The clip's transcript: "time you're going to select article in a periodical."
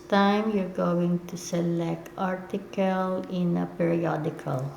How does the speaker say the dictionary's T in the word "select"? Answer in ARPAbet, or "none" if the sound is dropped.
T